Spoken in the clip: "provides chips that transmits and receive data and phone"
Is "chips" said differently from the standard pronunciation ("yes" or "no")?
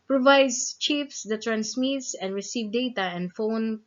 yes